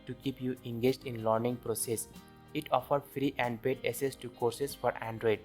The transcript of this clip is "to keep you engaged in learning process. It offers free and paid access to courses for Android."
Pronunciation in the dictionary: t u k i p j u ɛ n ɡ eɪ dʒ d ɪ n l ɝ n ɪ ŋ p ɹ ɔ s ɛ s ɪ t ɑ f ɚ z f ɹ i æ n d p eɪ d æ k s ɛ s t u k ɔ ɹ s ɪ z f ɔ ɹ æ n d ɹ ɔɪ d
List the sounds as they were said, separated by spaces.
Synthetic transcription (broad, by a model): t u k i p j u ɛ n ɡ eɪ dʒ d ɪ n l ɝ n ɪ ŋ p ɹ ɔ s ɛ s ɪ t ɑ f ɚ f ɹ i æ n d b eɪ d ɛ s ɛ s t u k ɔ ɹ s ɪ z f ɔ ɹ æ n d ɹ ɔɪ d